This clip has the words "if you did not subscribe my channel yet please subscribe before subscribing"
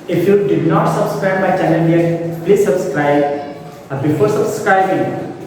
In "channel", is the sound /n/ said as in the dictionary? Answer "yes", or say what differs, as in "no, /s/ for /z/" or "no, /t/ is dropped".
no, /l/ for /n/